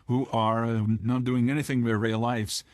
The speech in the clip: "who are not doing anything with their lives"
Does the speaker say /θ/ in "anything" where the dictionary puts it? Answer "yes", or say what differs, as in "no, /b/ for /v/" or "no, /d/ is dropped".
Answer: yes